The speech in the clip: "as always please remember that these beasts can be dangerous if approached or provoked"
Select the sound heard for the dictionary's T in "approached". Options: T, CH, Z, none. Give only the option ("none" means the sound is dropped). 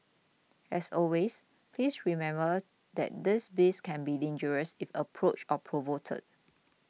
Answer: none